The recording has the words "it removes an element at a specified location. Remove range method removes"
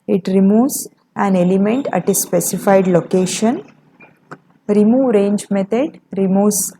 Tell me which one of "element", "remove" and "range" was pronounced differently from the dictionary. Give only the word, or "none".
none